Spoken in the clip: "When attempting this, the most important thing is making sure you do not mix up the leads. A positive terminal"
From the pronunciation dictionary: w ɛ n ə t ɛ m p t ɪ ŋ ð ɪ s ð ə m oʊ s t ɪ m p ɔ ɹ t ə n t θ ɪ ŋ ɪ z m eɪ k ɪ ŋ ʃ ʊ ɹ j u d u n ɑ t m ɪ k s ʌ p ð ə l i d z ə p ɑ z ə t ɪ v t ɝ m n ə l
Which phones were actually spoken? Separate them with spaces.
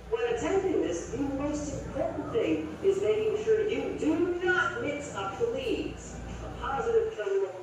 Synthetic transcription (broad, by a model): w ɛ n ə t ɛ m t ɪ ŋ ð ɪ s ð ə m oʊ s t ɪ m p ɔ ɹ t n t θ ɪ ŋ ɪ z m eɪ k ɪ ŋ ʃ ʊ ɹ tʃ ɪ d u n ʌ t m ɪ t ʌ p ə l i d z ə p ɑ z ə t ɪ v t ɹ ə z